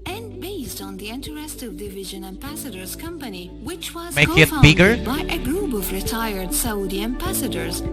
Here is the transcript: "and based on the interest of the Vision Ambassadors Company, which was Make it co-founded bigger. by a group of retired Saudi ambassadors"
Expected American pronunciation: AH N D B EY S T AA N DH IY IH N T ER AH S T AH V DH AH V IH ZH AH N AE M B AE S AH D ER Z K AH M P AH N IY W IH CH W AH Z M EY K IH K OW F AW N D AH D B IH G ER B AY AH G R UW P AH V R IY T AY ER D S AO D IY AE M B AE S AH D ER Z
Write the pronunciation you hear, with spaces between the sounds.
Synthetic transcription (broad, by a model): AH N B EY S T N DH IY IH N T ER AH S T AH V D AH V IH ZH AH N AE M B AE S AH D ER Z K AH M P AH N IY W IH CH W AH Z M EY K IH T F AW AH B IH G ER B AY AH G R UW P AH V R IY T AY ER D S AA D IY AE M B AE S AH D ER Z